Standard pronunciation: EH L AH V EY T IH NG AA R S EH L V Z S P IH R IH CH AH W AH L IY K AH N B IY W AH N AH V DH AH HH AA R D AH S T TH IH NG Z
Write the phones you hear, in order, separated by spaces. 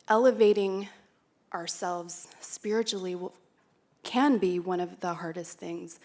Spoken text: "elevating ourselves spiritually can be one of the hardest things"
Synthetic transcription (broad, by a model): EH L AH V EY T IH NG AA R S EH L V Z S P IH R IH CH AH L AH W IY K AH N B IY W AH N AH V DH AH HH AA R D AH S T TH IH NG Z